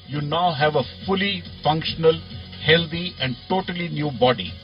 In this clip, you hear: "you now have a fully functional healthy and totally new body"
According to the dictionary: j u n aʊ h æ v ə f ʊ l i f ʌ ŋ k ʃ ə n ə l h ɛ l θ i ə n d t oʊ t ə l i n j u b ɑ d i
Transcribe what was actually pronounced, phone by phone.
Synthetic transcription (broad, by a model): j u n aʊ h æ v ə f ʊ l i f ʌ ŋ k ʃ ə n ə l h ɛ l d i ə n d t oʊ t ə l i n j u b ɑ d i